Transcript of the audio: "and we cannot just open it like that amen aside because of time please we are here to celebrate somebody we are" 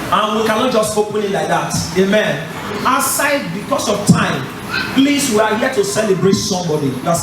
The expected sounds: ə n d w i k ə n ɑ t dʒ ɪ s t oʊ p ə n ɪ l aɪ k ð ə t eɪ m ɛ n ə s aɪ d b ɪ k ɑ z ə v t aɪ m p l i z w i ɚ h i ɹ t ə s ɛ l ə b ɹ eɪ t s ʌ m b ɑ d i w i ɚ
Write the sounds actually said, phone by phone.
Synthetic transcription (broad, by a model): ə n w i k ə n ɑ t dʒ ɪ s t oʊ p ə n ɪ l aɪ k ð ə t eɪ m ɛ n ə s aɪ d b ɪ k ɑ s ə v t aɪ m p l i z w i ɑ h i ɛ t ə s ɛ l ə b ɹ eɪ t s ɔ m b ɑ d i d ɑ